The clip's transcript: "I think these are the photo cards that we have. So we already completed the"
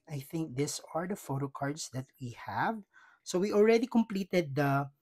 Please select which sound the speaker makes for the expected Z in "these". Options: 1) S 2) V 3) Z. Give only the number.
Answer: 1